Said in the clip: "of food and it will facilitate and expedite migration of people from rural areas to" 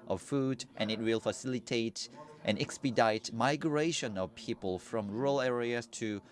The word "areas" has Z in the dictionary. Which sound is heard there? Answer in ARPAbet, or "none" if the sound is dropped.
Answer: S